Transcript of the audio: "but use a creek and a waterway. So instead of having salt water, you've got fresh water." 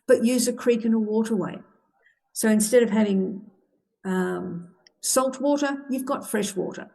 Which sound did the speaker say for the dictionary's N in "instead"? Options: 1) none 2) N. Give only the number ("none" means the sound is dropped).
2